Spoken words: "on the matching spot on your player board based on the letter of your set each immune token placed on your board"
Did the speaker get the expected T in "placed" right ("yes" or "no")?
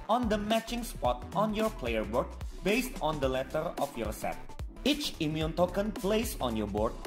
no